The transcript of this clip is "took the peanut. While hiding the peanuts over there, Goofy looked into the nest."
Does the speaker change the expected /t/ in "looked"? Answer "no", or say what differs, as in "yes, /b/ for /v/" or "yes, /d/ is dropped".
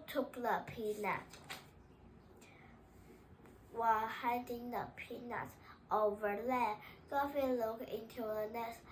yes, /t/ is dropped